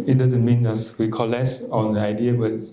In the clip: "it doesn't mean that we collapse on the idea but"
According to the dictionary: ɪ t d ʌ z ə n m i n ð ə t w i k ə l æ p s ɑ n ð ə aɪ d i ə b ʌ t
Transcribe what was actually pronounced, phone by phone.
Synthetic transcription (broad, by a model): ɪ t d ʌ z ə n m i n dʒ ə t w i k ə l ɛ s ɑ n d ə aɪ d i ə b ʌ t